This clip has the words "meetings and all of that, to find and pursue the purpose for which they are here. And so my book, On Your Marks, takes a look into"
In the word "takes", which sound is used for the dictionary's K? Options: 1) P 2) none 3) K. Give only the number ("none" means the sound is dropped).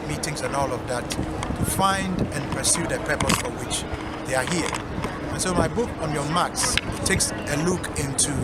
3